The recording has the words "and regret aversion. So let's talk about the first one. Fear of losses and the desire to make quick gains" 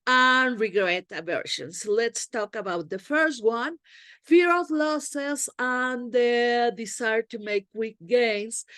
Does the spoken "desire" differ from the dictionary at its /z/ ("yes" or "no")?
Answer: yes